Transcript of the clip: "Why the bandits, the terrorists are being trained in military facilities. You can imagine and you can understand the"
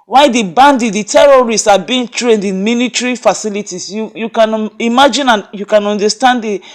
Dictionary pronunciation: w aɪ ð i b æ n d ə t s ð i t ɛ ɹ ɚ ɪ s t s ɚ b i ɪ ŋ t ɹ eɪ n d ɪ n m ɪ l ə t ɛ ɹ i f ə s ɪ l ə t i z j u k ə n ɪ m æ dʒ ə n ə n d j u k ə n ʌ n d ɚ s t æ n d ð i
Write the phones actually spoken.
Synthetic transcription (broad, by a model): w aɪ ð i b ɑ n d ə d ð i t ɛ ɹ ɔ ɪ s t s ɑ b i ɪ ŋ t ɹ eɪ n d ɪ n m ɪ n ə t ɹ i f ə s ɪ l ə t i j j u k ə n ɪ m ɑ dʒ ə n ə n j u k ə n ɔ n d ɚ s t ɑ n d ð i